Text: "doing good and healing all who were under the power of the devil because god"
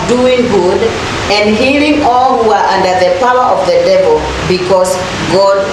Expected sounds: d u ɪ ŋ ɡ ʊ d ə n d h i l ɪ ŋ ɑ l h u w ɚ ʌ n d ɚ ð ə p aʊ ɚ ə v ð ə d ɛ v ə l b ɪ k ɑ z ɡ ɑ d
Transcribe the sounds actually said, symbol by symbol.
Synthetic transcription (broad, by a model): d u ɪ ŋ ɡ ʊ d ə n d h i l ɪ ŋ ɑ l h u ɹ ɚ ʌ n d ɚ ð ə p aʊ ɚ ə v ð ə d ɛ v ə l b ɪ k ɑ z ɡ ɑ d